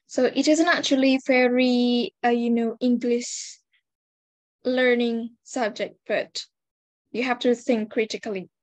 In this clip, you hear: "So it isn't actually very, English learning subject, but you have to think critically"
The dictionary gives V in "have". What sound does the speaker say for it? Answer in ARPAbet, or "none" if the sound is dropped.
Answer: F